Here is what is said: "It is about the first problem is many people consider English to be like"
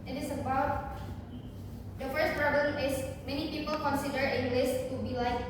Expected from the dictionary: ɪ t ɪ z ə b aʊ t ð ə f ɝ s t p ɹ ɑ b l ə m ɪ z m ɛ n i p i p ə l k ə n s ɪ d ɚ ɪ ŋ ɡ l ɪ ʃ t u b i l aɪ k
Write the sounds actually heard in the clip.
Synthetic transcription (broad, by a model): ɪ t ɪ s ə b aʊ t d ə f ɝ s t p ɹ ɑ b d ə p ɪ s m ɛ n i p i p ə l k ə n s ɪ d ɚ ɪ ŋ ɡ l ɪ s t u b i l aɪ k